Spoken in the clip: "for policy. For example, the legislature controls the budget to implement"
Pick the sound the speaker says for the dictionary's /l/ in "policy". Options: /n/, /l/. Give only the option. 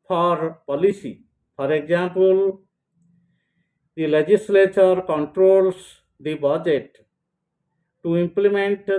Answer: /l/